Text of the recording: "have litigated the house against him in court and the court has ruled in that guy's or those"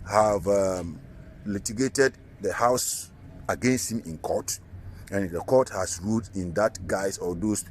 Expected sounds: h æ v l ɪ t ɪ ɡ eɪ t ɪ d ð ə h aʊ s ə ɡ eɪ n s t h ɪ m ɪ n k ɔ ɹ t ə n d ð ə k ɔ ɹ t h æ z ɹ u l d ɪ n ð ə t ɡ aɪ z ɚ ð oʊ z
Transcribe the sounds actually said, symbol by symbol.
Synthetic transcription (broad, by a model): h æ v l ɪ t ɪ ɡ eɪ t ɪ d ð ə h aʊ s ə ɡ eɪ n s t h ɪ m ɪ n k ɔ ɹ t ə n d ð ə k ɔ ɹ t h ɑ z ɹ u d ɪ n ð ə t ɡ aɪ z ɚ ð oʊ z